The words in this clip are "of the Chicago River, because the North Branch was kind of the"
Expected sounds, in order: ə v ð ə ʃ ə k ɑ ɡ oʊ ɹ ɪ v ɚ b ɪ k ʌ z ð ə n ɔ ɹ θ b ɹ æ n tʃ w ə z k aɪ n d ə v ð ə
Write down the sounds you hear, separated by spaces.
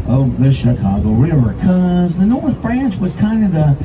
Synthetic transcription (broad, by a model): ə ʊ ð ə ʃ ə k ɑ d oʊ ɹ ɪ v ɚ k ʌ z ð ə n ɔ ɹ θ b ɹ æ n tʃ w ə z k aɪ n d ə v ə